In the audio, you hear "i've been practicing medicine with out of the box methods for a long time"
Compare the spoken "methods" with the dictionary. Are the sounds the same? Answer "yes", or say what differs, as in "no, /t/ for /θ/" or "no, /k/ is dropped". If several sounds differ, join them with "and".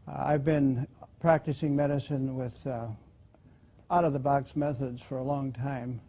yes